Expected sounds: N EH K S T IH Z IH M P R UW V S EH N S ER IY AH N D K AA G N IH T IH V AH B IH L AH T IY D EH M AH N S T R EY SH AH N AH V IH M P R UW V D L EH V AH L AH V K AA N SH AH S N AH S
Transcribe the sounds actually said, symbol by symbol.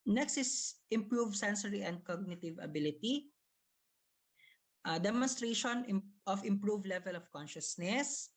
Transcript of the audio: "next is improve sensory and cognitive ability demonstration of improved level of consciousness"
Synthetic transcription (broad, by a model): N EH K S T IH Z IH M P R UW V S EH N S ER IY AH N D K AA G N IH T IH V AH B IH L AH T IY D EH M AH N S T R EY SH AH N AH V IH M P R UW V L EH V AH L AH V K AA N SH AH S N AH S